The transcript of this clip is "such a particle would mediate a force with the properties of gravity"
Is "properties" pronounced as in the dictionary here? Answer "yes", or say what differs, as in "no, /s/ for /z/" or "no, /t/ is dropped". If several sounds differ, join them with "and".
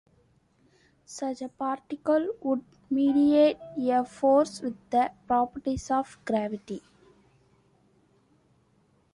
no, /s/ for /z/